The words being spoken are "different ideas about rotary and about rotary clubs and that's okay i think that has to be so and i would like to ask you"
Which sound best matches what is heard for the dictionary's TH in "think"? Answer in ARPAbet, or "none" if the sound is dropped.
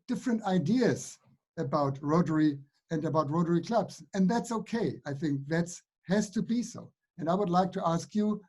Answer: TH